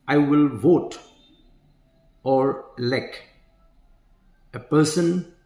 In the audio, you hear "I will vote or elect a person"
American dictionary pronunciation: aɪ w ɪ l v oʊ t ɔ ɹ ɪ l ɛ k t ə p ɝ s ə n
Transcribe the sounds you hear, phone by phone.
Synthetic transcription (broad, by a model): aɪ w ɪ l v oʊ t ɔ ɹ l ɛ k ə p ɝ s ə n